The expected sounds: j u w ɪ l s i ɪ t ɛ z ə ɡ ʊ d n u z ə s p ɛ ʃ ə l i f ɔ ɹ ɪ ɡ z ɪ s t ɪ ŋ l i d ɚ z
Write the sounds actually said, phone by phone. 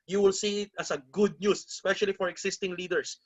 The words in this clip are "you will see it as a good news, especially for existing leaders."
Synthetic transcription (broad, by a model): j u w ɪ l s i ɪ t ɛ s ə ɡ ʊ d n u s ə s p ɛ ʃ ə l i f ɔ ɹ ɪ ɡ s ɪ s t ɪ ŋ l i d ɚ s